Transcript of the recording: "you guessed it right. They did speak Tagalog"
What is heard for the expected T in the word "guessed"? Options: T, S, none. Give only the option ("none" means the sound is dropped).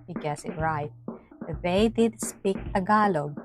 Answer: none